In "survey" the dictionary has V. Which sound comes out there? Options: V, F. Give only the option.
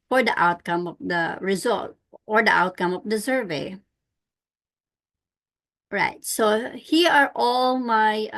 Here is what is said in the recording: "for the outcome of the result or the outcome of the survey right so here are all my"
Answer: V